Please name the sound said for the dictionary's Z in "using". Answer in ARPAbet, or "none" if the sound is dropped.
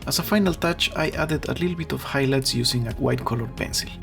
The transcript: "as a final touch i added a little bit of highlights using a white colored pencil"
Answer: S